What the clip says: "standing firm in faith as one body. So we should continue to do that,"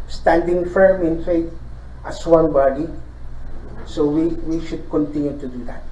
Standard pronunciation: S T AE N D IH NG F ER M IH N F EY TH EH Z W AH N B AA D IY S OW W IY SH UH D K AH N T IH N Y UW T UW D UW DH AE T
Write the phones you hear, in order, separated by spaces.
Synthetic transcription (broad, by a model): S T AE N D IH NG F ER M IH N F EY T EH S W AH N B AA D IY S OW W IY SH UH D K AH N T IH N Y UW T UW D UW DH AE T